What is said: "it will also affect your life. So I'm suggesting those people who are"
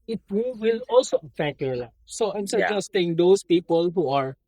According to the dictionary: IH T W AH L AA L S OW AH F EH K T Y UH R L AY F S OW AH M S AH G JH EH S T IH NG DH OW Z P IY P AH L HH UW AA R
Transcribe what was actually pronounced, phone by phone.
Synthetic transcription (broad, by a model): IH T W AH L AA L S OW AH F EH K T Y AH L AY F S OW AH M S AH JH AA S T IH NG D OW S P IY P AH L HH UW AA R